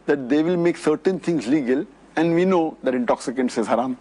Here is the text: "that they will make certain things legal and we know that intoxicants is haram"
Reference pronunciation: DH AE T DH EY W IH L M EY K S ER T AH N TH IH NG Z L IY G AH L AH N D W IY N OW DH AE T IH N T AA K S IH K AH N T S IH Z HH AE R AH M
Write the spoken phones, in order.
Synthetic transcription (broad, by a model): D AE T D EY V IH L M EY K S ER T AH N T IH NG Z L IY G AH L AH N D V IY N OW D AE T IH N T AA K S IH K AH N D S IH Z HH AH R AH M